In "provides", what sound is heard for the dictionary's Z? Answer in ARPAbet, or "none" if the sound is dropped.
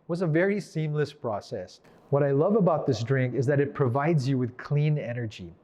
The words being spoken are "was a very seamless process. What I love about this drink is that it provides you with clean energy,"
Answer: Z